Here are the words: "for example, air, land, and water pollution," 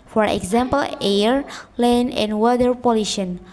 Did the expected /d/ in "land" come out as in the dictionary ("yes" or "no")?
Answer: no